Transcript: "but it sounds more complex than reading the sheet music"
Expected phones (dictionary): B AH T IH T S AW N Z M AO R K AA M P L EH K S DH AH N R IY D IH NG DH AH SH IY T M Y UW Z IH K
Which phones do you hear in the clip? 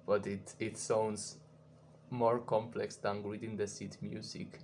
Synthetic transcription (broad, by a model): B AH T IH T S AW N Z M AO R K AA M P L EH K S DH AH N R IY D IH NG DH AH S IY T M Y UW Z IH K